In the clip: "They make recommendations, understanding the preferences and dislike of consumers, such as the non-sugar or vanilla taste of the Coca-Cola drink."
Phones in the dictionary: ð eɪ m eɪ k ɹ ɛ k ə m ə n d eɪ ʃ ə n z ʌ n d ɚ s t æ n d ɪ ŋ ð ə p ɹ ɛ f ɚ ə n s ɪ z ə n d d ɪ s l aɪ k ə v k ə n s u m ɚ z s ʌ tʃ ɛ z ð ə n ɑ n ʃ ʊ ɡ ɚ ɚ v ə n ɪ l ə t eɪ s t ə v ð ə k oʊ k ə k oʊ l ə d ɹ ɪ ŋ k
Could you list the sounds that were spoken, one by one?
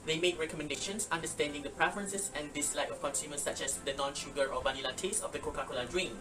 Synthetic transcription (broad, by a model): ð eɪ m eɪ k ɹ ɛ k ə m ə n d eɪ ʃ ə n s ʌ n d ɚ s t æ n d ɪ ŋ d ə p ɹ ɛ f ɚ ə n s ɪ s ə n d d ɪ s l aɪ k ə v k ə n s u m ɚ s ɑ tʃ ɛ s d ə n ɑ n ʃ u ɡ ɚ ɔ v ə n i l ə t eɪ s ə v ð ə k oʊ k ə k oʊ l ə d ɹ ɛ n